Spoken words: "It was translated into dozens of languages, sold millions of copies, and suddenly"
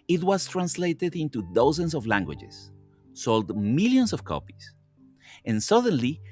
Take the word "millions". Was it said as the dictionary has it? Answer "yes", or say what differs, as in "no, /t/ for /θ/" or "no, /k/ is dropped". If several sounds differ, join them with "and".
no, /s/ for /z/